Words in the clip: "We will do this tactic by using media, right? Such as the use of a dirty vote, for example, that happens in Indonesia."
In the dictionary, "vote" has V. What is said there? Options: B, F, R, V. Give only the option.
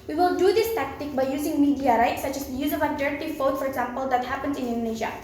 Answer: F